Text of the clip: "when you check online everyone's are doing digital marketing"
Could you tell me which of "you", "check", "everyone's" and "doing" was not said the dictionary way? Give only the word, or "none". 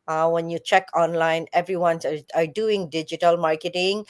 everyone's